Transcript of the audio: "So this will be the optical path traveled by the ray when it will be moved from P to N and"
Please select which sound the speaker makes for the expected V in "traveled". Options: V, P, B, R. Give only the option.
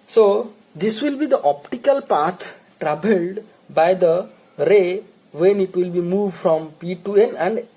B